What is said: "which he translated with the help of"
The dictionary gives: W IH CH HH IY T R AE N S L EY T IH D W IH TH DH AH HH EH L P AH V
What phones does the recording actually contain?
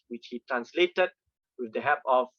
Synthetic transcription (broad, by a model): W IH CH HH IY T R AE N S L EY T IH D W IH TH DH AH HH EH P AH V